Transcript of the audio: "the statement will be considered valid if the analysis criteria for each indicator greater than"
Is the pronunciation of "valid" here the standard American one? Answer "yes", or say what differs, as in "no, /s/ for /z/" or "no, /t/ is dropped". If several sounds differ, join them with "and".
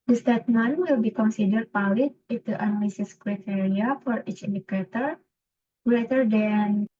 no, /p/ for /v/